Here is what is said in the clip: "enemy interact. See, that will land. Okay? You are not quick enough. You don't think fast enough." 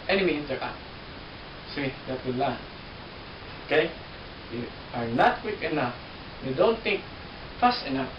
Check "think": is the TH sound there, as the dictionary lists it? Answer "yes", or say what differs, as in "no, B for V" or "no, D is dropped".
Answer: no, T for TH